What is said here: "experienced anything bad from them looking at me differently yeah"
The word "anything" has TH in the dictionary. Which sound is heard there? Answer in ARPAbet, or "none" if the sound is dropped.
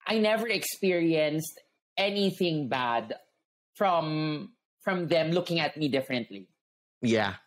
TH